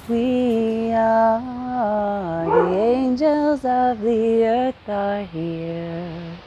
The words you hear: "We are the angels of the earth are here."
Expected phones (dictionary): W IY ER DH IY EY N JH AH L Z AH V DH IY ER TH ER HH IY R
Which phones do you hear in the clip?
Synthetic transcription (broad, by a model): W IY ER DH IY EY N JH AH L Z AH V DH IY ER TH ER HH IY R